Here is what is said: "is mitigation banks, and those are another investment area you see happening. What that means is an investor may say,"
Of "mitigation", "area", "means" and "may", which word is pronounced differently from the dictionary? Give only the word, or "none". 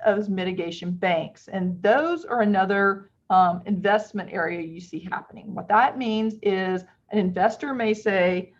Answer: none